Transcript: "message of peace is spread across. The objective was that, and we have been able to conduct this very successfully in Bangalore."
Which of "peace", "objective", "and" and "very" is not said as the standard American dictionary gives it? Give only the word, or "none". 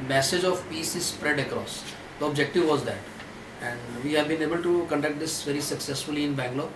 none